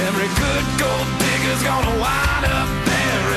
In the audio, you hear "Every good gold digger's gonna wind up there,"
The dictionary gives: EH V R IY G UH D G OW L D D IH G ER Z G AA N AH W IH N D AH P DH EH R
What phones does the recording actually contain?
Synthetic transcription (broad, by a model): EH V R IY G UH D G OW L D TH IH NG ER Z G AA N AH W IH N AH P DH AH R